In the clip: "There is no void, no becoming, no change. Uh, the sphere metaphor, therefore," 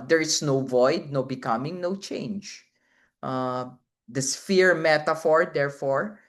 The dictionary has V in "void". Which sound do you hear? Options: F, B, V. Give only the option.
V